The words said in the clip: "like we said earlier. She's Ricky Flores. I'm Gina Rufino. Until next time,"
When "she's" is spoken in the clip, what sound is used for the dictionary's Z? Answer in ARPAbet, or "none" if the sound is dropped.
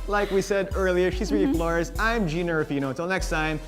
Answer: Z